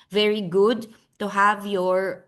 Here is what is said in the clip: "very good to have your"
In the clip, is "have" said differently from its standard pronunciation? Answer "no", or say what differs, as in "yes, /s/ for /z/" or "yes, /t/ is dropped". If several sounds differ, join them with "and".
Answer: no